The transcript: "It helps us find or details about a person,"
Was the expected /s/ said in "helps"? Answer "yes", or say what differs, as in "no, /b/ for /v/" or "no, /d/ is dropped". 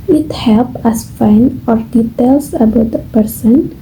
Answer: no, /s/ is dropped